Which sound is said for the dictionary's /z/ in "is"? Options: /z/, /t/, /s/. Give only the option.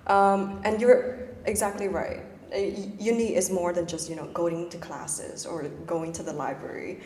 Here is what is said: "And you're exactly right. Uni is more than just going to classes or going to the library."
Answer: /z/